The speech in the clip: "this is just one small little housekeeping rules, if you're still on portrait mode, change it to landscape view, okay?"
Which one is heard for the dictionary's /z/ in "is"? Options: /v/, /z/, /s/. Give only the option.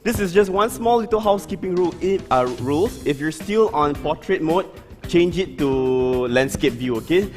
/s/